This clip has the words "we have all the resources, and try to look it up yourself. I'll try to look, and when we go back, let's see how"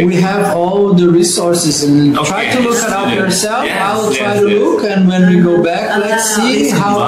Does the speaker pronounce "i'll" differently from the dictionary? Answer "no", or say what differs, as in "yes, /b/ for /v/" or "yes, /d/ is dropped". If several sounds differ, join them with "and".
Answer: yes, /w/ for /l/